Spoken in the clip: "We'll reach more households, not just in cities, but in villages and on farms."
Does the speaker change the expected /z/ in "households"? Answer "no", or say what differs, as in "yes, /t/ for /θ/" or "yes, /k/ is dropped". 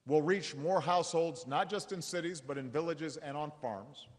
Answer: no